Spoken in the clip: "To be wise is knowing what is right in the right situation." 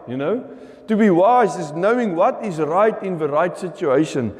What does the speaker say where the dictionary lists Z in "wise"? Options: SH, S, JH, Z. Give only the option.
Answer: Z